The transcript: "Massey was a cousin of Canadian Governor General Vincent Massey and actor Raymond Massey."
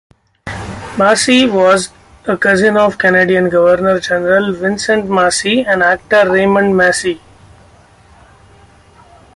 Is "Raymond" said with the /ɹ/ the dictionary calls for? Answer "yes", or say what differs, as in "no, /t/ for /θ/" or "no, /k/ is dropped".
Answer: yes